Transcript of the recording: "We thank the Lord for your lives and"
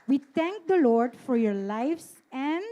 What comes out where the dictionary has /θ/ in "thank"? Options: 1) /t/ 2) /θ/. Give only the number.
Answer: 1